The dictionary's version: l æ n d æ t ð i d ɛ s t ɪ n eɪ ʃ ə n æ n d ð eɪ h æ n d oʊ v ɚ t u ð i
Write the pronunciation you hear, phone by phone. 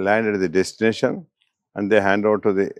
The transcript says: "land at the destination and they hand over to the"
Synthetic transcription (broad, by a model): l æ n d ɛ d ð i d ɛ s t ɪ n eɪ ʃ ə n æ n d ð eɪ h æ n d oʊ ʊ t u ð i